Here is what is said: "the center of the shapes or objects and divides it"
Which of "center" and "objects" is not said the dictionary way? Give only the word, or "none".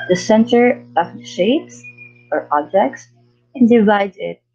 none